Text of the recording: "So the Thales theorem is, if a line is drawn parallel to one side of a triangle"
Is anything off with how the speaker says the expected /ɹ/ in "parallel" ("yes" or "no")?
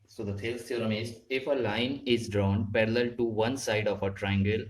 no